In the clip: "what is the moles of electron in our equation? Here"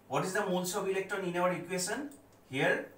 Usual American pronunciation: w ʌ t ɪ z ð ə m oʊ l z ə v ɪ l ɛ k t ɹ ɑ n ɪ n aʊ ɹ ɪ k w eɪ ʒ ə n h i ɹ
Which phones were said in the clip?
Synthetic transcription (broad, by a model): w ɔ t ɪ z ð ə m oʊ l s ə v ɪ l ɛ k t ɑ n ɪ n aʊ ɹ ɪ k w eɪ s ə n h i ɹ